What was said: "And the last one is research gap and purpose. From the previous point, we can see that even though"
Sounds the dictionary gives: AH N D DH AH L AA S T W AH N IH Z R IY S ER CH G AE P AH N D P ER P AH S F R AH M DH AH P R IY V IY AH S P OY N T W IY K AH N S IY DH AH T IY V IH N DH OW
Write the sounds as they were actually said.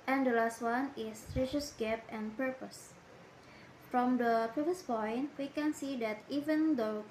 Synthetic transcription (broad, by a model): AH N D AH L AA S T W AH N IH S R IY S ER S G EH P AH N P ER P AH S F R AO M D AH P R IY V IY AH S P OY N T W IY K AH N S IY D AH T IY V IH N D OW